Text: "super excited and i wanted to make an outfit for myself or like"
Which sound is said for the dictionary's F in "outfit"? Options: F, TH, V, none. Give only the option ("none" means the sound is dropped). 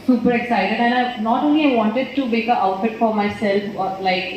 F